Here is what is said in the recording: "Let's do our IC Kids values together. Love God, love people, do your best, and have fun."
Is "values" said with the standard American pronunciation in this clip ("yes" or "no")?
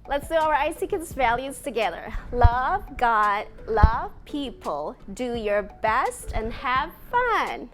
yes